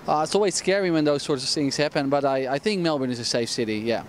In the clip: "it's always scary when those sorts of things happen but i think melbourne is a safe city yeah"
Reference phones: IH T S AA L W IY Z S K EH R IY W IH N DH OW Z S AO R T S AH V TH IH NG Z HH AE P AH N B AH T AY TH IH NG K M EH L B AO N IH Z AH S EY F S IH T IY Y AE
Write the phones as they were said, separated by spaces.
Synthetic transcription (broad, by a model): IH T S AA L W IY Z S K EH R IY W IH N DH OW Z S AO R T S AH V TH IH NG Z HH AE P AH N B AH T AY TH IH NG K M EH L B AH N IH Z AH S EY F S IH T IY Y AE